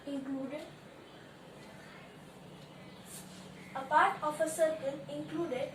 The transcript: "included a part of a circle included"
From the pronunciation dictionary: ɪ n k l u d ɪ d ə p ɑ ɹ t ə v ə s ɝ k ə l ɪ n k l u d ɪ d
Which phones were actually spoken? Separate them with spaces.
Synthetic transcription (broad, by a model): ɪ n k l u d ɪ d ə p ɑ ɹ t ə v ə s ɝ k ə n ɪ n k l u d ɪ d